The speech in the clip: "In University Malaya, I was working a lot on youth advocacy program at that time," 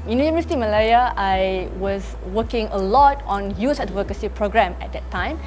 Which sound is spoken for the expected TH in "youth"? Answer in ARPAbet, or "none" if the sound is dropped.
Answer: S